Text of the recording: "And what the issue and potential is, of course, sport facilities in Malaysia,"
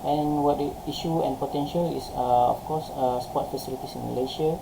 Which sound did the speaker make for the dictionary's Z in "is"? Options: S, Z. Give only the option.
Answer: S